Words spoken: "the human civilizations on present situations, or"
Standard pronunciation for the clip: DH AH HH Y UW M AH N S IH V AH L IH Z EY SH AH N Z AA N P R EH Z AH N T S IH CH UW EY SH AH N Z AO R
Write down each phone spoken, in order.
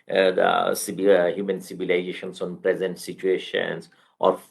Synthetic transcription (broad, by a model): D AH HH Y UW M AH N S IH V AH L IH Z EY SH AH N S AA N P R EH Z AH N T S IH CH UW EY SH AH N S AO R